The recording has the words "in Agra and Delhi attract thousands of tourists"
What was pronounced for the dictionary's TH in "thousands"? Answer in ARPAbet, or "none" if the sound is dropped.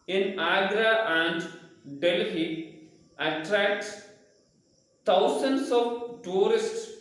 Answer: S